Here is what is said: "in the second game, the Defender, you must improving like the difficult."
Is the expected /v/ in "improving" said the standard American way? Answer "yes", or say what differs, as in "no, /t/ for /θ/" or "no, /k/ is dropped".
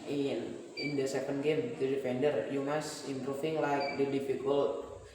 no, /f/ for /v/